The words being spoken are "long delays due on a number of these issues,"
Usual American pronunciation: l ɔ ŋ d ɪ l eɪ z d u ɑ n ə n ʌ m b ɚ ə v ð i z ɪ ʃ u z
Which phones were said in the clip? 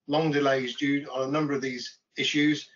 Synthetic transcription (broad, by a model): l ɔ ŋ d ɪ l eɪ z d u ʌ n ə n ʌ m b ɚ ə v ð i z ɪ ʃ u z